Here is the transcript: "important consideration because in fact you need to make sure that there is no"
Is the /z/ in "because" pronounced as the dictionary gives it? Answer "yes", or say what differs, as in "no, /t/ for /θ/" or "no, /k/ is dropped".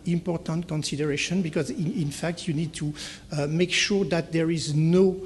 yes